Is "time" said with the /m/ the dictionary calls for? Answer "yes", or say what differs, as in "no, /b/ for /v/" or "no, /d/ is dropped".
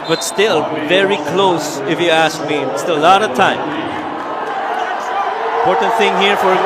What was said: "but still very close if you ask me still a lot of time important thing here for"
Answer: no, /m/ is dropped